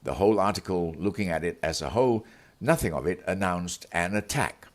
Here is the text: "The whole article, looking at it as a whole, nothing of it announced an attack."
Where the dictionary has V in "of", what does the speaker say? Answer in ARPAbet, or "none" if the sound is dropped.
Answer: V